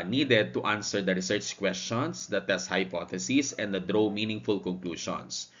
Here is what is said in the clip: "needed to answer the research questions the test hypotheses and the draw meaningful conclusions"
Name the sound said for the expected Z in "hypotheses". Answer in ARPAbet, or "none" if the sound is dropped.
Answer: S